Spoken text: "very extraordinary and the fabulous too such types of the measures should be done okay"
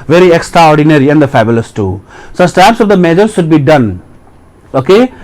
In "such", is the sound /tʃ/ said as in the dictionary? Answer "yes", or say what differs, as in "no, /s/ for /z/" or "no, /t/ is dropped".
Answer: no, /s/ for /tʃ/